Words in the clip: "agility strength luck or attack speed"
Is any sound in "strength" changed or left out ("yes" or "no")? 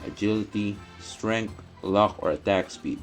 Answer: yes